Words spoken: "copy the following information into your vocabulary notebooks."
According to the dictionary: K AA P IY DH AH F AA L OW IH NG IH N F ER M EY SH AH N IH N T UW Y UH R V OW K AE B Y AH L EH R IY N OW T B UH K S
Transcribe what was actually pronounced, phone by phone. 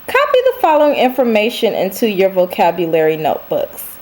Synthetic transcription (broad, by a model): K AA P IY DH AH F AA L OW IH NG IH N F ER M EY SH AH N IH N T UW Y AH R V OW K AE B Y AH L EH R IY N OW T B UH K S